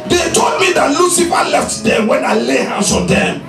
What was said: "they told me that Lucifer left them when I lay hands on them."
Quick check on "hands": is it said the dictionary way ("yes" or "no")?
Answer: no